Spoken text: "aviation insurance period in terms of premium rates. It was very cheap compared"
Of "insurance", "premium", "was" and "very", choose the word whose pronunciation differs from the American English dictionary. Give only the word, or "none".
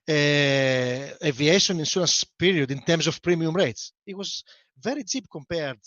insurance